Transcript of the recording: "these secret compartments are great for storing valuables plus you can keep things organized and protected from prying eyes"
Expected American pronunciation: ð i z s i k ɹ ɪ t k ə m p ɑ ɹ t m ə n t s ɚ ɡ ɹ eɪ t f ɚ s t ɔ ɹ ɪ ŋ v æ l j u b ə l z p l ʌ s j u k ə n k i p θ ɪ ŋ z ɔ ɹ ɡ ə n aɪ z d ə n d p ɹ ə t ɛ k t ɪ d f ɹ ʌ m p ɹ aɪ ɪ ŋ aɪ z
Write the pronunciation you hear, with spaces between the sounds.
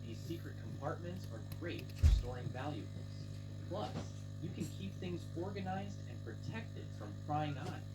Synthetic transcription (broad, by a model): ð i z s i k ɹ ɪ t k ə m p ɑ ɹ t m ə n t s ɚ ɡ ɹ eɪ t f ɚ s t ɔ ɹ ɪ ŋ v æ l j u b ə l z p l ʌ s j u k ə n k i p θ ɪ ŋ z ɔ ɹ ɡ ə n aɪ z d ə n p ɹ ə t ɛ k t ɪ d f ɹ ʌ m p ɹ aɪ ɪ ŋ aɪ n